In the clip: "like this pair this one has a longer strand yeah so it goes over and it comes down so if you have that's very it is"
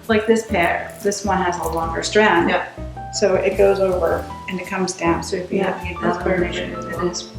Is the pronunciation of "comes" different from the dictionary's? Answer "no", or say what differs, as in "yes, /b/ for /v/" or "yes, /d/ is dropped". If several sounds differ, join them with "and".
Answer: no